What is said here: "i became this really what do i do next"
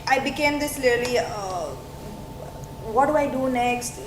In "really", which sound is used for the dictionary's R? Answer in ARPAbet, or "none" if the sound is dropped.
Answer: L